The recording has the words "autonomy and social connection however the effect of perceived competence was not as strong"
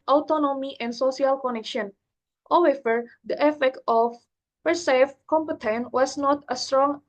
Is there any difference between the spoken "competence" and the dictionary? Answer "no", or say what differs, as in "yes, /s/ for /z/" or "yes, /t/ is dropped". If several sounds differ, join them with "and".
yes, /s/ is dropped